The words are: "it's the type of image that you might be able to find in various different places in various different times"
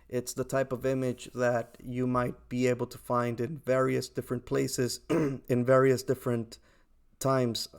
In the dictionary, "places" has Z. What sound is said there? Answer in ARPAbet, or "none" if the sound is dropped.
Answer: Z